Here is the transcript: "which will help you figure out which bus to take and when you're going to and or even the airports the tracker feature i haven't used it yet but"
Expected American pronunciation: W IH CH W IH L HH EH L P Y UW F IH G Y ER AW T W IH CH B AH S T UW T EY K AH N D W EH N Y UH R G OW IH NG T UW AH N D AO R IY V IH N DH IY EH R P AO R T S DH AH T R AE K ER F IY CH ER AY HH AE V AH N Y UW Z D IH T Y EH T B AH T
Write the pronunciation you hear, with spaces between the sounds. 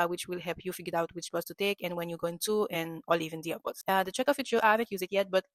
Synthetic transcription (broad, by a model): W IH CH W IH L HH EH L P Y UW F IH G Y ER AW T W IH CH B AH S T UW T EY K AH N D W EH N Y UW G OW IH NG T UW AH N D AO L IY V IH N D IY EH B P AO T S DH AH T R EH K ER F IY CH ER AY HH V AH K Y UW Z IH T Y EH T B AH T